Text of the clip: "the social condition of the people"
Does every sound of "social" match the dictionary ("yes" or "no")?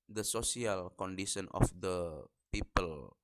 no